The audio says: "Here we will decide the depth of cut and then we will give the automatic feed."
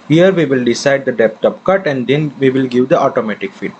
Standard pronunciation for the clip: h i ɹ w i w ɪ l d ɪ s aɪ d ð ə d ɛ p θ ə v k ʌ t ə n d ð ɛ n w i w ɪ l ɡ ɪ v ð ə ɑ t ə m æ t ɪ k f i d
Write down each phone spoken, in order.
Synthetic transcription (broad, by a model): h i ɹ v i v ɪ l d ɪ s aɪ d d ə d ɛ p t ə p k ʌ t ə n d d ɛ n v i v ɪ l ɡ ɪ v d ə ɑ t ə m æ t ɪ k f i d